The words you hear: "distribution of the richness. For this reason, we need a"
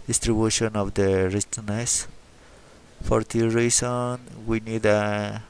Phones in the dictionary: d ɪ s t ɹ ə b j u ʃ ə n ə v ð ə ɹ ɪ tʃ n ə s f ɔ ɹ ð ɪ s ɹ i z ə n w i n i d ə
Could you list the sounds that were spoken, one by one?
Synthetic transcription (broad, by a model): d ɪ s t ɹ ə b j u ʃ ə n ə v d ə ɹ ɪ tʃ n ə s f ɔ ɹ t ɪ ɹ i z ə n w i n i d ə